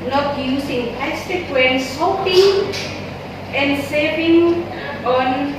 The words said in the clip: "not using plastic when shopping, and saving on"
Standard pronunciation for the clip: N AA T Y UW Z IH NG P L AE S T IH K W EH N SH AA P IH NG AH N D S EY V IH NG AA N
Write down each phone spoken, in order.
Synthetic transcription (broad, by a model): N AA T Y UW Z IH NG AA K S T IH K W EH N S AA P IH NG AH N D S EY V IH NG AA N